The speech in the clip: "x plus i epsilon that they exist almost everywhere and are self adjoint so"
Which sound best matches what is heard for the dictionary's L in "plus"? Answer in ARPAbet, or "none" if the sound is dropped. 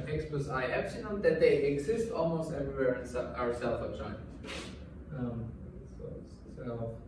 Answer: none